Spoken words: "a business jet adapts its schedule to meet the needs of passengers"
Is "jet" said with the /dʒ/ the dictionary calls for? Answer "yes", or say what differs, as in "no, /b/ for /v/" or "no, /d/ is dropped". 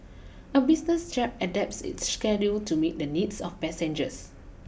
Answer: no, /tʃ/ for /dʒ/